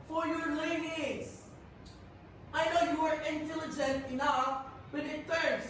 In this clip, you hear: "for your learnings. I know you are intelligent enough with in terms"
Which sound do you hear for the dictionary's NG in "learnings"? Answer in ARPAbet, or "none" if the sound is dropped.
none